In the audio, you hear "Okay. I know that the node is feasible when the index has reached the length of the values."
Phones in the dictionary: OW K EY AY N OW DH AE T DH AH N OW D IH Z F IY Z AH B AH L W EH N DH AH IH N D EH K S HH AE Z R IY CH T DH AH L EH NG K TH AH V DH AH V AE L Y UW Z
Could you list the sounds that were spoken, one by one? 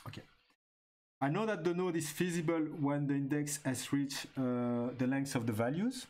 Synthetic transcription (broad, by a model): OW K EY AY N OW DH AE T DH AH N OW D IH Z F IY Z AH B AH L W EH N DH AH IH N D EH K S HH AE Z R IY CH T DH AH L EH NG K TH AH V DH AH V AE L Y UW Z